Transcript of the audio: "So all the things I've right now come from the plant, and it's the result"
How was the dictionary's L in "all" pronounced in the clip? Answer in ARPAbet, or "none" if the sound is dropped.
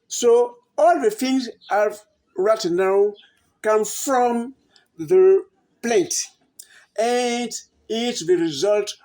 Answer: L